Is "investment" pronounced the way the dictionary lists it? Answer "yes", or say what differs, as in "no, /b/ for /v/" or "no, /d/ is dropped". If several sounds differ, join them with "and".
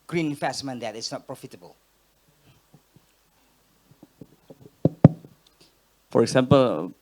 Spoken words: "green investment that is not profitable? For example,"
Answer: no, /f/ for /v/